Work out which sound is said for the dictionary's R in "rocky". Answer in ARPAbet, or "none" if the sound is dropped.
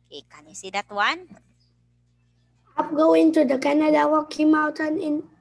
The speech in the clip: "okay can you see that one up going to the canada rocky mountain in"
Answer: W